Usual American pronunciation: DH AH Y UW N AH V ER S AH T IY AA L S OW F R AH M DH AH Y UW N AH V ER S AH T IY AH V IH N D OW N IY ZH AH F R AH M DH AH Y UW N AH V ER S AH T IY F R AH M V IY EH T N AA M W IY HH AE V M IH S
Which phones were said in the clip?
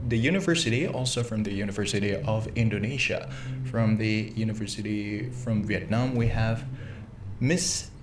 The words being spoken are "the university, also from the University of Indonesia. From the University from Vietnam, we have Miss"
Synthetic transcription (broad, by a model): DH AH Y UW N AH V ER S AH T IY AA L S OW F R AH M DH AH Y UW N AH V ER S AH T IY AH V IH N D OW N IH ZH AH F R AH M DH AH Y UW N AH V ER S AH T IY F R AH M V IY EH T N AA M W IY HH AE V M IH S